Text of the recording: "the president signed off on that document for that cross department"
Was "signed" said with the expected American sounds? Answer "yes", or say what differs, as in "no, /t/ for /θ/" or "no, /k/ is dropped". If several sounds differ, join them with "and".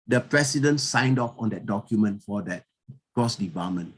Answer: yes